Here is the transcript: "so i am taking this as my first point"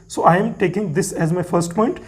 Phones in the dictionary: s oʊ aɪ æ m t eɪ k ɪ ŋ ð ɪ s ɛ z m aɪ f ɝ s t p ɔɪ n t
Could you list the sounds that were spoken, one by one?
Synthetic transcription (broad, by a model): s oʊ aɪ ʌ m t eɪ k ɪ ŋ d ɪ s ɛ z m aɪ f ɝ s t p ɔɪ n t